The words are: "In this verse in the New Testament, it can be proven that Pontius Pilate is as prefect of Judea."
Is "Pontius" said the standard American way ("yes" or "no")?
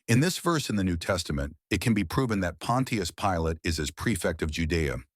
yes